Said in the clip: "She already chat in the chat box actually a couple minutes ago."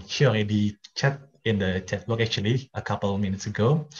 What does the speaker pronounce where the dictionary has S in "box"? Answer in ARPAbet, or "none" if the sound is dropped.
none